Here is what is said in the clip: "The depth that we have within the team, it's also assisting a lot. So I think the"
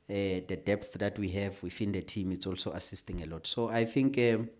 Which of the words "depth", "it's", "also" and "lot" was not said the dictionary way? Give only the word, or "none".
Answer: none